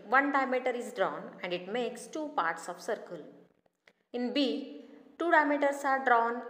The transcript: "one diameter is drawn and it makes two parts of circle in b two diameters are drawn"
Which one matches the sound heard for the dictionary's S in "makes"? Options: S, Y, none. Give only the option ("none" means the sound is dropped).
S